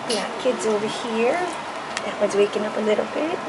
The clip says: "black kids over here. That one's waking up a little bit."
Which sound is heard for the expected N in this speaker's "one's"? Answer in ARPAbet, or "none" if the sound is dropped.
none